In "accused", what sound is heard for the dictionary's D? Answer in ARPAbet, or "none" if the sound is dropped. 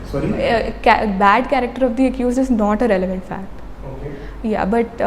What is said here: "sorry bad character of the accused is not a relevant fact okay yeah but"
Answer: none